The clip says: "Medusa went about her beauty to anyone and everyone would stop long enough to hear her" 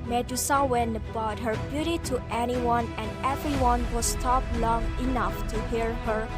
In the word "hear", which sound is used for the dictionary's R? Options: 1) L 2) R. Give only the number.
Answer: 2